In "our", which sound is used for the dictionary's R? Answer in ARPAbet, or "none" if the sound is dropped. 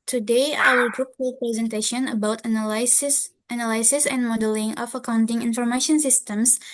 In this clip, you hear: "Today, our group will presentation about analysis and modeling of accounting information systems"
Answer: L